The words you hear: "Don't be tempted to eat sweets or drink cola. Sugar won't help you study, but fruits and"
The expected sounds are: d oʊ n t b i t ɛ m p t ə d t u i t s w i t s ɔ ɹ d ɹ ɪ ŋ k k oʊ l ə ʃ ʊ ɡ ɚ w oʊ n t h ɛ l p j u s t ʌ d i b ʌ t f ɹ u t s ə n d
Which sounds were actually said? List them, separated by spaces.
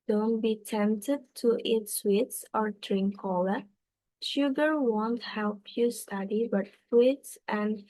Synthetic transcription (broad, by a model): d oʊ n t b i t ɛ m p t ə d t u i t s w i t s ɔ ɹ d ɹ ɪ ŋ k k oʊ l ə ʃ ʊ ɡ ɚ w oʊ n t h ɛ l p j u s t ʌ d i b ʌ t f w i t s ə n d